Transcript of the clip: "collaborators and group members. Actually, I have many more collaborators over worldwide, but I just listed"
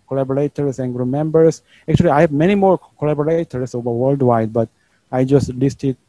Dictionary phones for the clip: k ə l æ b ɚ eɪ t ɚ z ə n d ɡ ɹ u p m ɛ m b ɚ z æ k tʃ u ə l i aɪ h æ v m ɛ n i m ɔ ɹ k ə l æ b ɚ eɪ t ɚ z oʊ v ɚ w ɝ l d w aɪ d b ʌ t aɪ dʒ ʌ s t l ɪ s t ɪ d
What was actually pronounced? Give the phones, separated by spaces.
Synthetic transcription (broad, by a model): k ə l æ b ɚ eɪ t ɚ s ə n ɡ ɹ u m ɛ m b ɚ s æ k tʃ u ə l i aɪ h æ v m ɛ n i m ɔ ɹ k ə l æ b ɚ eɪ t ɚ s oʊ v ɚ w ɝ l d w aɪ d b ʌ t aɪ dʒ ʌ s t l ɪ s t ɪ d